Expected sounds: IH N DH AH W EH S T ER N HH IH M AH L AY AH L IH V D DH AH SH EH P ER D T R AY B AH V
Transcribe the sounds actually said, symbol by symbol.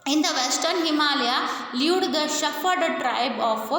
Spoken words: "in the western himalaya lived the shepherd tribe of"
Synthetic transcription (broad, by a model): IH N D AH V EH S T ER N HH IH M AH L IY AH L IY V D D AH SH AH F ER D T R AY B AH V